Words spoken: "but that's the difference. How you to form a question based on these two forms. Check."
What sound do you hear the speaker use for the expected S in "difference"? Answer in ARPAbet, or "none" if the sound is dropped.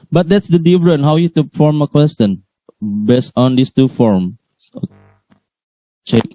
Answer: none